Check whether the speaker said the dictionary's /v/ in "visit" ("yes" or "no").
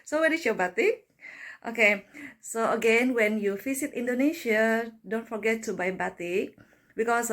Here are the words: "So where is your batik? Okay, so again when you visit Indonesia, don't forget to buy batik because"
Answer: no